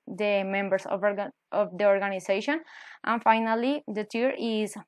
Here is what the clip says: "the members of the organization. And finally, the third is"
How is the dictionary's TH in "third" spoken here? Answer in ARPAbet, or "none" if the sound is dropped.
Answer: T